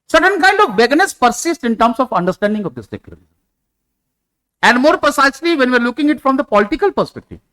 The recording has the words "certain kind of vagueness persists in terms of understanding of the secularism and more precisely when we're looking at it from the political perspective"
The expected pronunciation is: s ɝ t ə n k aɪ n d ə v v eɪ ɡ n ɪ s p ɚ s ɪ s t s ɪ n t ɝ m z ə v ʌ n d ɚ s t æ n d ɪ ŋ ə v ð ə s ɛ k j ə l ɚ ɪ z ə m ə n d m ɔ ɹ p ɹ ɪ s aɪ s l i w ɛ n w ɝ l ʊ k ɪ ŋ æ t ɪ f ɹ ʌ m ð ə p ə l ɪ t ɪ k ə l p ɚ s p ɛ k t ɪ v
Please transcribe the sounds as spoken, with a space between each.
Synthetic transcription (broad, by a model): s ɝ t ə n k aɪ n d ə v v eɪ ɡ n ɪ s p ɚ s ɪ s t ɪ n t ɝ m s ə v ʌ n d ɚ s t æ n d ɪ ŋ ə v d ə s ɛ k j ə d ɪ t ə ə n d m ɔ ɹ p ɹ ɪ s aɪ s l i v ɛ n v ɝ l ʊ k ɪ ŋ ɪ t f ɹ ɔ m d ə p ə l ɪ t ɪ k ə l p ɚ s p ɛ k t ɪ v